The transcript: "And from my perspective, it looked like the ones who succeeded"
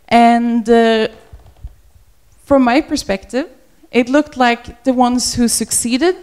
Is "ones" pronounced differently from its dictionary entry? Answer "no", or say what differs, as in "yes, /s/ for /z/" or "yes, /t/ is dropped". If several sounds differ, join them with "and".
no